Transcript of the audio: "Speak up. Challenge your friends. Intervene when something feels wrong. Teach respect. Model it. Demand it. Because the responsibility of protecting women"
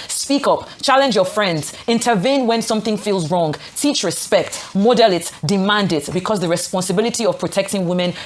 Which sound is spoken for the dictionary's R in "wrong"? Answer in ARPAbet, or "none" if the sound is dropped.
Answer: R